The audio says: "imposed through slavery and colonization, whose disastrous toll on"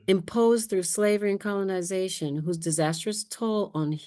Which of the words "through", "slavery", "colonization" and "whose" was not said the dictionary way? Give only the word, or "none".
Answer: none